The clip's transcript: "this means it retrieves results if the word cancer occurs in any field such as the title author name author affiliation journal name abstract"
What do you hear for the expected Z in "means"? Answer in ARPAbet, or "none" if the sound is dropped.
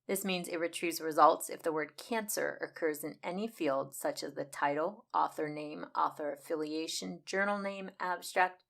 Z